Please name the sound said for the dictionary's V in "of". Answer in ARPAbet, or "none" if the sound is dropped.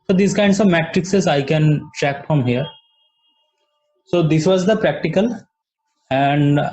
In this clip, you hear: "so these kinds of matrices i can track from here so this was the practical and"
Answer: V